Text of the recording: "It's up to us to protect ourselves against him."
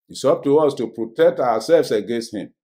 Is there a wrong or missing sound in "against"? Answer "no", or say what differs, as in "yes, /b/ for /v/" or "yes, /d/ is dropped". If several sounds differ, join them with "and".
no